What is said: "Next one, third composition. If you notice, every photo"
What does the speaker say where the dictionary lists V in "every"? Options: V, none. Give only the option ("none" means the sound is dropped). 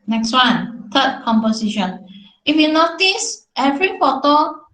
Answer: V